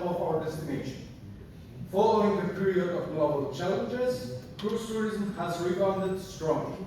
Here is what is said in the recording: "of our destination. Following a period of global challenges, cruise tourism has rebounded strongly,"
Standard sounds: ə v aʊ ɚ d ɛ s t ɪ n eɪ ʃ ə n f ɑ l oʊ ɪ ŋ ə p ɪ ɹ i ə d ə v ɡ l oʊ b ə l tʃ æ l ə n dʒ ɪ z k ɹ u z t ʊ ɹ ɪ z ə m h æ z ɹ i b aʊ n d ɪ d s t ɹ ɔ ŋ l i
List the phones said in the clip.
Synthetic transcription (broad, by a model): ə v aʊ ɚ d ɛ s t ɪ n eɪ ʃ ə n f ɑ l oʊ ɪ ŋ ə p ɪ ɹ i ə d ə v ɡ l oʊ b ə l tʃ æ l ə n dʒ ɪ z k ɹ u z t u ɹ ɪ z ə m h æ z ɹ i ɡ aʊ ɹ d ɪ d s t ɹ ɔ ŋ l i